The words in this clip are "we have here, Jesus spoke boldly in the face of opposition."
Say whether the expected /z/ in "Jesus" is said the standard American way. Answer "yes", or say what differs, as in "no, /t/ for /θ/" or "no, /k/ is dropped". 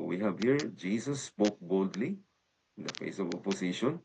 no, /s/ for /z/